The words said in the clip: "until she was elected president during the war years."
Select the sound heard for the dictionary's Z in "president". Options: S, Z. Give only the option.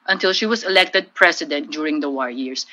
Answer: S